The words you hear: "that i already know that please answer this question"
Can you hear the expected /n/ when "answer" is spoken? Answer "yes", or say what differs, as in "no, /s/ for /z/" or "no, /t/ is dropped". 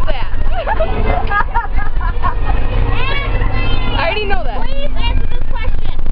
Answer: no, /n/ is dropped